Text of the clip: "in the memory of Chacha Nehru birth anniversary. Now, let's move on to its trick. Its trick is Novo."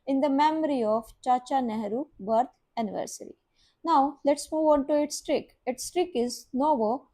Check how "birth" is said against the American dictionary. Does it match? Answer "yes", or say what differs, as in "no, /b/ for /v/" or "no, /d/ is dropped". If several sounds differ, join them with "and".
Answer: no, /t/ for /θ/